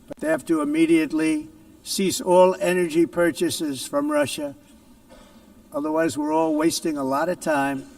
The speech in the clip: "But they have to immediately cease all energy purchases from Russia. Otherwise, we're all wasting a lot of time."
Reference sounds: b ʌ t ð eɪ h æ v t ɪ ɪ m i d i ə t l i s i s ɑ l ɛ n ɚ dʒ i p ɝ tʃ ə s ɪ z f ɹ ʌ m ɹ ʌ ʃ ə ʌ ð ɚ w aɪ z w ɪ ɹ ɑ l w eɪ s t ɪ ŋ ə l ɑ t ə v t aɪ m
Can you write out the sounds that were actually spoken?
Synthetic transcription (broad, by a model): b ʌ t ð eɪ h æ f t ɪ ɪ m i d i ə t l i s i s ɑ l ɛ n ɚ dʒ i p ɝ tʃ ə s ɪ z f ɹ ʌ m ɹ ʌ ʃ ə ʌ ð ɚ w aɪ z w ɪ ɹ ɑ l w eɪ s t ɪ ŋ ə l ɑ t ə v t aɪ m